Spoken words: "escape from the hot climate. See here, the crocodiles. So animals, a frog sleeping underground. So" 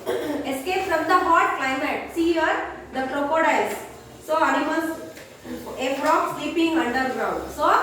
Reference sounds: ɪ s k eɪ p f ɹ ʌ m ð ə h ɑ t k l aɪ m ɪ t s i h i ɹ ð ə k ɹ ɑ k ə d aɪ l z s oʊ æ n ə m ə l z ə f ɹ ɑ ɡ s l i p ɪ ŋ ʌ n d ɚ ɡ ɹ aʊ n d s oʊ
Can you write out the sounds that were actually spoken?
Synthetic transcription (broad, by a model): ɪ s k eɪ p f ɹ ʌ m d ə h ɑ t k l aɪ m ɪ t s i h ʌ ɹ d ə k ɹ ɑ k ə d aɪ z s oʊ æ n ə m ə z ə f ɹ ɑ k s l i p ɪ ŋ ʌ n d ɚ ɡ ɹ aʊ n d s oʊ